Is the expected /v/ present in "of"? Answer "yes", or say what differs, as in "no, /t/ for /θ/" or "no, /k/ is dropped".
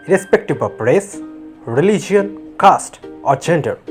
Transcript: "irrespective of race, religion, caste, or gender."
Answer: no, /p/ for /v/